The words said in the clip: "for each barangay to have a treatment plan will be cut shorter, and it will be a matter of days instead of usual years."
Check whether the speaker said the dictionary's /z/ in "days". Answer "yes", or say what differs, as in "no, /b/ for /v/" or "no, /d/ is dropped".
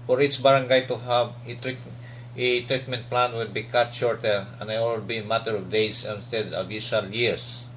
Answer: no, /s/ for /z/